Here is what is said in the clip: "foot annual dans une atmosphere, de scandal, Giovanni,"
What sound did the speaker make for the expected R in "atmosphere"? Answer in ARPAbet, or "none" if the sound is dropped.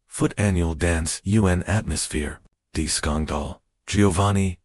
R